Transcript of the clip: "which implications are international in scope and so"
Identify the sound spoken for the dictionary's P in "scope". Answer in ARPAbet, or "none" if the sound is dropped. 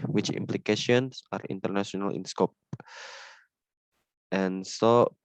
P